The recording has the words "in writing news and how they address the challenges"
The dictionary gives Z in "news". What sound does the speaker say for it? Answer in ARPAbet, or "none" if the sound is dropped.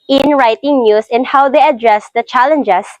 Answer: S